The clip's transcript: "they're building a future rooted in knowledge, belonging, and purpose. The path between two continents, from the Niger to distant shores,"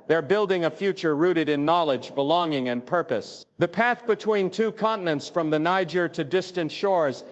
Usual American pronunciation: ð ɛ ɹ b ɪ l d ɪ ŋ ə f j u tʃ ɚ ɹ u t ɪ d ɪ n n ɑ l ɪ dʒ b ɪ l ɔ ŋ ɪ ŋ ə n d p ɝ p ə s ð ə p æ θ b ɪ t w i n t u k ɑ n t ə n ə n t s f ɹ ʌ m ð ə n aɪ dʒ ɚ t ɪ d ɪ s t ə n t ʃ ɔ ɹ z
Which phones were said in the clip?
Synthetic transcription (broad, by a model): ð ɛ ɹ b ɪ l d ɪ ŋ ə f j u tʃ ɚ ɹ u t ɪ d ɪ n n ɑ l ɪ dʒ b ɪ l ɔ ŋ ɪ ŋ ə n p ɝ p ə s ð ə p æ θ b ɪ t w i n t u k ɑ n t n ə n t s f ɹ ʌ m ð ə n aɪ dʒ ɚ t ɪ d ɪ s t ə n t ʃ ɔ ɹ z